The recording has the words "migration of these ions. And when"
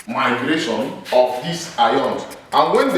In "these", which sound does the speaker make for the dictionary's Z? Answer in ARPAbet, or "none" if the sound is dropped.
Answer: S